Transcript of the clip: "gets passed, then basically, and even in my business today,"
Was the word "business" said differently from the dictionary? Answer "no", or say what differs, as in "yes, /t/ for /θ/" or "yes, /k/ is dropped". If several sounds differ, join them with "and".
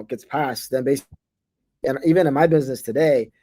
no